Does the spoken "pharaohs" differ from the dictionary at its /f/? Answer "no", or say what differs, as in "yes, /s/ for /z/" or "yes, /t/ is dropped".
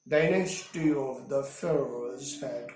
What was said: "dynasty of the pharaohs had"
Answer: no